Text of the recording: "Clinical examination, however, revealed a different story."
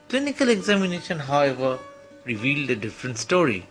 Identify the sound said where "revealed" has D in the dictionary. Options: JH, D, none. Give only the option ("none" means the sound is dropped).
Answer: D